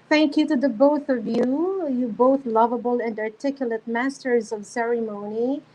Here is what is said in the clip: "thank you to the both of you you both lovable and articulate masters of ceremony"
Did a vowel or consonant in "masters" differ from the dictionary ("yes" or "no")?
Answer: no